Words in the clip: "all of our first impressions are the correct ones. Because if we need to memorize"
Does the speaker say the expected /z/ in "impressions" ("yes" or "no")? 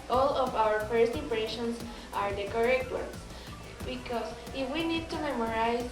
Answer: no